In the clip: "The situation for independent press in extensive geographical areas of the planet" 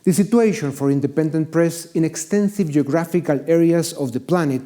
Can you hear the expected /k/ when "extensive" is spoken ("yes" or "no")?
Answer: yes